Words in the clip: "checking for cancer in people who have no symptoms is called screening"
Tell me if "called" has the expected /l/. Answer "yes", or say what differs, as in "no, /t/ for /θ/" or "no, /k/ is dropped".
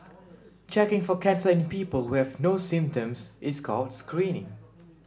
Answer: yes